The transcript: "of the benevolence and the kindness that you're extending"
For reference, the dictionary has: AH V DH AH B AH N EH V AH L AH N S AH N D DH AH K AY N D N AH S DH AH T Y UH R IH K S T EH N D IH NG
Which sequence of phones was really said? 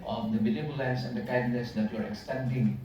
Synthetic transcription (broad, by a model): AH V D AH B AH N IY B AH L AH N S AH N D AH K AY N D N AH S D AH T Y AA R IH K S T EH N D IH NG